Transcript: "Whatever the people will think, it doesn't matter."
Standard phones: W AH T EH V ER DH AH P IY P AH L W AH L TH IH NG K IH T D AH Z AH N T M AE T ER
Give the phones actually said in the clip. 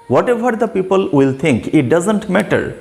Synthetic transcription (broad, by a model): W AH T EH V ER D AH P IY P AH L W AH L T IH NG K IH T D AH Z AH N T M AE T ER